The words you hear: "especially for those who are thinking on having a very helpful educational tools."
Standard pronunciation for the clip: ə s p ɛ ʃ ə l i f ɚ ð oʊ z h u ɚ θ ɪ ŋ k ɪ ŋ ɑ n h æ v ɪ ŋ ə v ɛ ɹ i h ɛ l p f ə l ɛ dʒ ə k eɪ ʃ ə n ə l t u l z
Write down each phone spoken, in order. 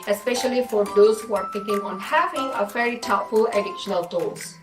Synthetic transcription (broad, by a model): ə s p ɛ ʃ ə l i f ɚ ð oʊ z h u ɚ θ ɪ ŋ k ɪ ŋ ɑ n h æ v ɪ ŋ ə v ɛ ɹ i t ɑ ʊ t f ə l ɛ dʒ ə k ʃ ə n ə l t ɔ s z